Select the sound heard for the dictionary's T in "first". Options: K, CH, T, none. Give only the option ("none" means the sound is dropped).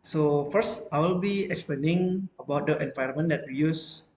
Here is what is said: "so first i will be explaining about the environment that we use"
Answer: T